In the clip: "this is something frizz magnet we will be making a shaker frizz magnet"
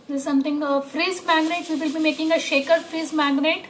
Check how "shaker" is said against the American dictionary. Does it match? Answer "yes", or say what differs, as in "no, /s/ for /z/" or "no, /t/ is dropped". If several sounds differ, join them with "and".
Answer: yes